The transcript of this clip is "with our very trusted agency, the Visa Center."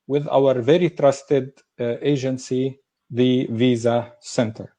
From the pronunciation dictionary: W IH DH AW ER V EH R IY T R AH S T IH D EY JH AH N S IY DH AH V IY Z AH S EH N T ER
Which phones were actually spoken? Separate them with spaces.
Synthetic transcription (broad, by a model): W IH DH AW ER V EH R IY T R AH S T IH D EY JH AH N S IY DH AH V IY Z AH S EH N T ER